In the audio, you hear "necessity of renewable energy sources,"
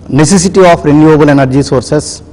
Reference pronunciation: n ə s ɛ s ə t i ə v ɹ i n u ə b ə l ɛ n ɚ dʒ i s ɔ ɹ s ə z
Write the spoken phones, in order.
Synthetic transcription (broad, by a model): n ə s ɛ s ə t i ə p ɹ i n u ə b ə l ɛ n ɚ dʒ i s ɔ ɹ s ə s